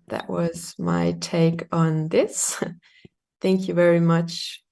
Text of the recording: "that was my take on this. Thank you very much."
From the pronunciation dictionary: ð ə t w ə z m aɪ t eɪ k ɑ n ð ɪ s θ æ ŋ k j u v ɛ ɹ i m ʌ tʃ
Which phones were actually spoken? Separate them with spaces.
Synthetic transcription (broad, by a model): ð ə t w ə z m aɪ t eɪ k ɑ n ð ɪ s θ æ ŋ k j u v ɛ ɹ i m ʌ tʃ